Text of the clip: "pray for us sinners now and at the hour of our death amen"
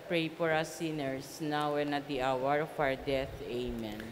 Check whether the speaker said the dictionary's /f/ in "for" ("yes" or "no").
no